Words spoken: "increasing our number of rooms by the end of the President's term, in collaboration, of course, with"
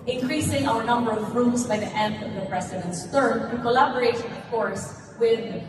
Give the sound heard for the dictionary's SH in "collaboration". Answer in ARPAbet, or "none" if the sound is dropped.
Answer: none